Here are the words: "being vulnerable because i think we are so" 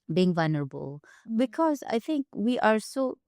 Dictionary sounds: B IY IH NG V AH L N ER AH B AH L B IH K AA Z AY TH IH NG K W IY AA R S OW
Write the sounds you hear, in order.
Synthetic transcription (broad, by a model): B IY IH NG V AH L N ER AH B AH L B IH K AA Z AY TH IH NG K W IY AA R S OW